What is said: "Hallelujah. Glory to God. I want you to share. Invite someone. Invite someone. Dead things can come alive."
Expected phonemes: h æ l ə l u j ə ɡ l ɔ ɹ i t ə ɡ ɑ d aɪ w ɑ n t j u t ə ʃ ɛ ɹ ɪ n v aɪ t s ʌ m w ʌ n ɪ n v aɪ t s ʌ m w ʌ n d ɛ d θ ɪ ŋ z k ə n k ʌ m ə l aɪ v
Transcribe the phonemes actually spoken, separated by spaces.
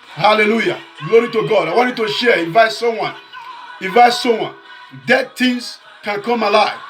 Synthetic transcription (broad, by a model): h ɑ l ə l u j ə ɡ l ɔ ɹ i t ə ɡ ɑ d aɪ w ɑ n t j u t ə ʃ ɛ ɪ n v aɪ t s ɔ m w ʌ n ɪ n v aɪ t s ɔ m w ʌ n d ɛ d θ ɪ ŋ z k ə n k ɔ m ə l aɪ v